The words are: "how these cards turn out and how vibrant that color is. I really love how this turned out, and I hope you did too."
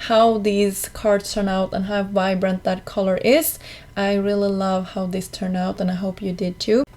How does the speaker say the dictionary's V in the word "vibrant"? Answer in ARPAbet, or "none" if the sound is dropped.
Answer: V